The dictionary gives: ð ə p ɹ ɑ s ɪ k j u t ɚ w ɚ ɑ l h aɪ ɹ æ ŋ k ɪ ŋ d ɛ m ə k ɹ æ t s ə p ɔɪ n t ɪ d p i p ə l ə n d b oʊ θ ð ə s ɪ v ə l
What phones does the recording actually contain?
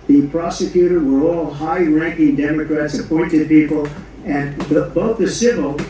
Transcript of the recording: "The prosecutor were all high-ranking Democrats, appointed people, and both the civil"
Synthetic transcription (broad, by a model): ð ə p ɹ ɑ s ɪ k j u t ɚ w ɚ ɑ l h aɪ ɹ æ ŋ k ɪ ŋ d ɛ m ə k ɹ æ t s ə p ɔɪ n t ɪ d p i p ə l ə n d b oʊ θ ð ə s ɪ v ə l